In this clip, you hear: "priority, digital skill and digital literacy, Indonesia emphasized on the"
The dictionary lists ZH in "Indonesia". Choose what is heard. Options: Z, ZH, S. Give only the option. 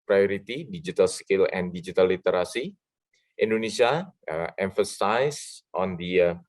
S